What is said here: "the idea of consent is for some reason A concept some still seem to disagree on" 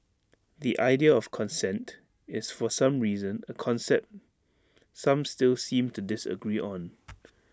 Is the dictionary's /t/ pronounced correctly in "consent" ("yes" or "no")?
yes